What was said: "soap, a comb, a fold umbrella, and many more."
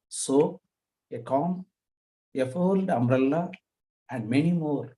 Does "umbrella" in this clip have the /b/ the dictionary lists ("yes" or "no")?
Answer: no